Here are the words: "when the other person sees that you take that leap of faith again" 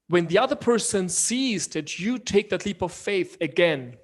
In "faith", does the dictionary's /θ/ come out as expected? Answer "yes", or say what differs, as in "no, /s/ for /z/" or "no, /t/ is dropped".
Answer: yes